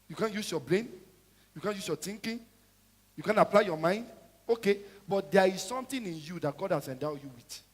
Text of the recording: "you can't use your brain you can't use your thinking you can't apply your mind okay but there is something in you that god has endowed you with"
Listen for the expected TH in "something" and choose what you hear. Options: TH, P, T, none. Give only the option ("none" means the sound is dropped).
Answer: T